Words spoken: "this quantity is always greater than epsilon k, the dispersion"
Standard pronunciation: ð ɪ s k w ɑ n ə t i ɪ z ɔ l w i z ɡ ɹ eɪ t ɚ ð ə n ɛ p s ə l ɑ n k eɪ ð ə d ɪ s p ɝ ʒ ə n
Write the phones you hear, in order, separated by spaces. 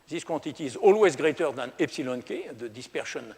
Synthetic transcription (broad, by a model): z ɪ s k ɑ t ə t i ɪ z ɔ l w i z ɡ ɹ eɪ t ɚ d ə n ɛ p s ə l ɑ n k eɪ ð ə d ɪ s p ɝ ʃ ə n